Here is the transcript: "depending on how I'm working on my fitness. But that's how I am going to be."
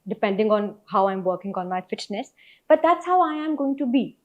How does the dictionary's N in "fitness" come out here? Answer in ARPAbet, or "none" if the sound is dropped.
N